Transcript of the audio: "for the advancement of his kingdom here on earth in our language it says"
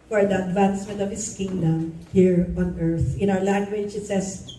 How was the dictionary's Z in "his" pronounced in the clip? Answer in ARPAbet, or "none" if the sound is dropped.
S